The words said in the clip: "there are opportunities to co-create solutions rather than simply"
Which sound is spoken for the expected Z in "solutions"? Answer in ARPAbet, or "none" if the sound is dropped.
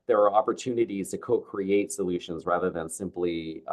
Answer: Z